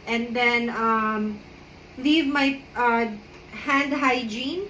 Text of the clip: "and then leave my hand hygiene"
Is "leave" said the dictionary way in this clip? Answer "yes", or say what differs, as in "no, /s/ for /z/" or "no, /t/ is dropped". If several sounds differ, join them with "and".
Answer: yes